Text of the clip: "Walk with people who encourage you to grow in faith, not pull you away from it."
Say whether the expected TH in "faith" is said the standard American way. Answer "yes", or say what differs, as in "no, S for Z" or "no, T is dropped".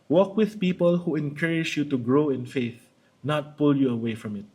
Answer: yes